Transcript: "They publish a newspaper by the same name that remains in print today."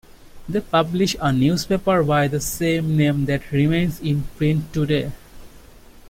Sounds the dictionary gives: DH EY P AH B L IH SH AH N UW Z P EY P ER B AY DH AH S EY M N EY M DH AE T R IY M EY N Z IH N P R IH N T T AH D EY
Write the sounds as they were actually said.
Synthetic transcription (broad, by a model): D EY P AH B L IH SH AH N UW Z P EY P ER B AY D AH S EY M N EY M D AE T R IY M EY N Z IH N P R IH N T T AH D EY